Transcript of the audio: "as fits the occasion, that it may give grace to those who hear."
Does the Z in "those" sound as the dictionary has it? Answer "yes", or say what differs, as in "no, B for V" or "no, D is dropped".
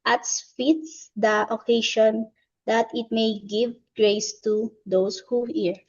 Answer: no, S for Z